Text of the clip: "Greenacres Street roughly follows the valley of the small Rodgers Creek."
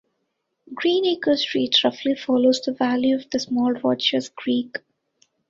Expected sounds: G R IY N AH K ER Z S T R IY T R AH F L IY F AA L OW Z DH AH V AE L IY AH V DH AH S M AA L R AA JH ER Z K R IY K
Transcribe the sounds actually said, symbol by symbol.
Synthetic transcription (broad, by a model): G R IY N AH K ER S T R IY T R AH F L IY F AA L OW Z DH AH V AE L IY AH V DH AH S M AA L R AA CH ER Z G R IY K